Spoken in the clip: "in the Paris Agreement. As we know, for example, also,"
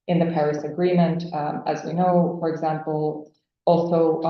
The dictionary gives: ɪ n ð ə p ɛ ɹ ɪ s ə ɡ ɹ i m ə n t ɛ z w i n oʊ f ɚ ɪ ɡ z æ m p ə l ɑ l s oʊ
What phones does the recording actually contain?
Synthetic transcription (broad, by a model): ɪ n ð ə p ɛ ɹ ɪ s ə ɡ ɹ i m ə n t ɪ z w i n oʊ f ɚ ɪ ɡ z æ m p l ɑ l s oʊ